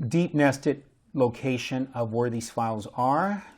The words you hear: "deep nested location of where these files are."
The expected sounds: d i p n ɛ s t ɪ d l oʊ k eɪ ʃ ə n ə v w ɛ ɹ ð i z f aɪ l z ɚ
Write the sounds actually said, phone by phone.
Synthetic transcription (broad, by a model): d i p n ɛ s t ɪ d l oʊ k eɪ ʃ ə n ə v w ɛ ɹ ð i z f aɪ l z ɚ